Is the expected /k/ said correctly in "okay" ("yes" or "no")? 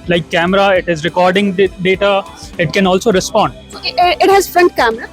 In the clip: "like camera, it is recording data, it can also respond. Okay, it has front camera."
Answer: no